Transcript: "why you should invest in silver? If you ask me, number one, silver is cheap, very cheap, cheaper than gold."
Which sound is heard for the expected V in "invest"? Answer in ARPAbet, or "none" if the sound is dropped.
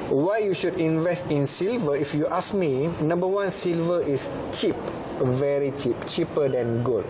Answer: V